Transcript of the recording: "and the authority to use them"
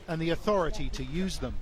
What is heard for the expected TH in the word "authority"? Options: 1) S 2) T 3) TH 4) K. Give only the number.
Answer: 3